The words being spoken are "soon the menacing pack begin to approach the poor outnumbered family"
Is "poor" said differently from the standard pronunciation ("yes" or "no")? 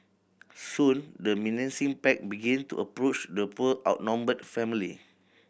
yes